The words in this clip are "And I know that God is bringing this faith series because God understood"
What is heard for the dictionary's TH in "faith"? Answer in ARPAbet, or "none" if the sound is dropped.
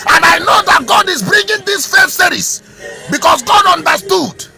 S